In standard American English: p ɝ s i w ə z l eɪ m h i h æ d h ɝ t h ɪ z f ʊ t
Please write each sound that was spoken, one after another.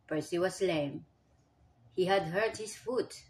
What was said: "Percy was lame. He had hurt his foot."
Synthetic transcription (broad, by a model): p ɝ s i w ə s l eɪ m h i h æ d h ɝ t h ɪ s f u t